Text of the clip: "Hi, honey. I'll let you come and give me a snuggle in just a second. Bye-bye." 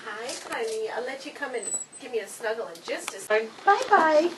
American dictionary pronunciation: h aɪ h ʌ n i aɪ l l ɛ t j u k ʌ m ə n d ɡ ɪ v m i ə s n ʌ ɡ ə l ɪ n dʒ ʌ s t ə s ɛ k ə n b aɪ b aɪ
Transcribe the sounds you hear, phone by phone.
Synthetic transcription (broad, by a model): h aɪ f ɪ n i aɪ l l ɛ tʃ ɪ k ʌ m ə n ɡ ɪ v m i ə s n ʌ ɡ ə l ɪ n dʒ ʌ s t ə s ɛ ə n b aɪ b aɪ